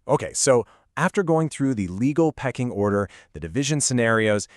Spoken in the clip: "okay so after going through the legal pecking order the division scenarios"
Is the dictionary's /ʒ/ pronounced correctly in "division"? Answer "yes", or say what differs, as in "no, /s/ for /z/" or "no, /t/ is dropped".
yes